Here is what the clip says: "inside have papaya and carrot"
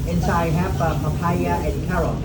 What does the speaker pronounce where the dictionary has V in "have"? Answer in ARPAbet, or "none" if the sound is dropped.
P